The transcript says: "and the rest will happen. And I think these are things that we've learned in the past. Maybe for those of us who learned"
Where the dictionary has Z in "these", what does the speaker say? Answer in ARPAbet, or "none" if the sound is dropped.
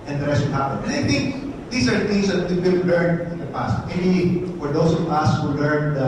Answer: S